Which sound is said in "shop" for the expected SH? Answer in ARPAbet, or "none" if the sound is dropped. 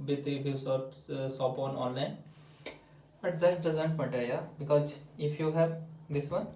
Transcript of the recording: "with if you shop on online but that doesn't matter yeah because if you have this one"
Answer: S